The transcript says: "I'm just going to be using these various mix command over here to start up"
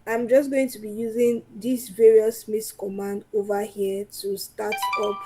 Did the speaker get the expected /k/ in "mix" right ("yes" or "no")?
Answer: no